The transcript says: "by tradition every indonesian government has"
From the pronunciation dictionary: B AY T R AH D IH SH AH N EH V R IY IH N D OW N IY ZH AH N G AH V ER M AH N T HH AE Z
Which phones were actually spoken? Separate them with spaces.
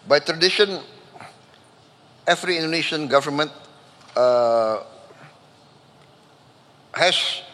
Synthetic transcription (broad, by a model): B AY T R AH D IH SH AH N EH F R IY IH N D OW N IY SH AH N G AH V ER M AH N T HH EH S